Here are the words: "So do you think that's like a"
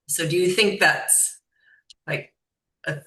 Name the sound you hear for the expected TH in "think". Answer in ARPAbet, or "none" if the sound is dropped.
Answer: TH